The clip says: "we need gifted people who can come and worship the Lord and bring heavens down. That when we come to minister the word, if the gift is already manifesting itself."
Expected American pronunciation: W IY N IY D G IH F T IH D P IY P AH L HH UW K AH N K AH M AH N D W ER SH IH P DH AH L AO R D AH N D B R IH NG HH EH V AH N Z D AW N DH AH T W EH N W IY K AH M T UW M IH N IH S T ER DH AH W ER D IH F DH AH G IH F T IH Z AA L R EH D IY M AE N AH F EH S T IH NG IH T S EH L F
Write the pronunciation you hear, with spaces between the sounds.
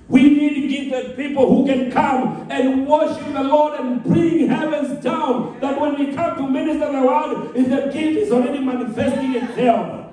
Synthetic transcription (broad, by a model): W IY N IY D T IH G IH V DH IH P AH L HH UW K AH N K AH M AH N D W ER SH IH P DH AH L AO R D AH N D B R IH NG HH EH V AH N Z D AW N DH AH T W EH N W IY K AH M T UW M IH N IH S T ER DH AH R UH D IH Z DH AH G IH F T IH Z AA L R EH D IY M AE N AH F EH S T IH NG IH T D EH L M